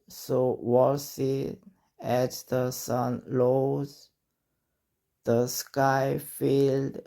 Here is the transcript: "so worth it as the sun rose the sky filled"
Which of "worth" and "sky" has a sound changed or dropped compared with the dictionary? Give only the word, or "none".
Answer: worth